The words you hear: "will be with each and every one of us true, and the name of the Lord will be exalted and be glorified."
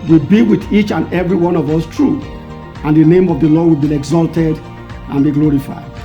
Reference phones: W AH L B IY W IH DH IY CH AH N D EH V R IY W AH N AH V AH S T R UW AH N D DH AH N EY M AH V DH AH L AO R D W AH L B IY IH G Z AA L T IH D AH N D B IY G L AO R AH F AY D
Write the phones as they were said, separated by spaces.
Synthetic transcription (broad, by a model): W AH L B IY W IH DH IY CH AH N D EH V R IY W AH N AH V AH S T R UW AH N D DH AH N EY M AH V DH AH L AO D W AH L B IY IH G Z AA L T IH D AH N B IY G L AO R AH F AY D